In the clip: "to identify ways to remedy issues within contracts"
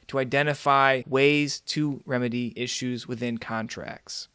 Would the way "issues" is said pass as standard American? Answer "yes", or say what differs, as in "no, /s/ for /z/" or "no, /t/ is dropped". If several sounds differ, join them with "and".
yes